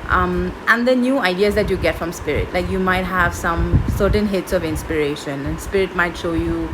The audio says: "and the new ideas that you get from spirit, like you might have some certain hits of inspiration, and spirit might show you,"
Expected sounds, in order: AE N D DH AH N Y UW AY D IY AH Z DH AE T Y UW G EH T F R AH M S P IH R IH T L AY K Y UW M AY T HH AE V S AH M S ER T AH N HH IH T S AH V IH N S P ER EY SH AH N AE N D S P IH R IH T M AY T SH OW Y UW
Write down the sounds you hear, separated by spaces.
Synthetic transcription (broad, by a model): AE N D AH N Y UW AY D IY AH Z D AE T Y UW G EH T F R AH M S P IH R IH T L AY K Y UW M AY T HH AE V S AH M S ER T AH N HH IH T S AH V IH N S P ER EY SH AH N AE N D S P IH R IH T M AY T SH OW Y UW